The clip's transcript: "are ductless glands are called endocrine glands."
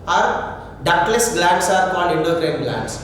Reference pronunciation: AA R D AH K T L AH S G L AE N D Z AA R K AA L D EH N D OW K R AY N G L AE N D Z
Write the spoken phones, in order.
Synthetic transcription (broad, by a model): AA R D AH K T L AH S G L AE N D S AA R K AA N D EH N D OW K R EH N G L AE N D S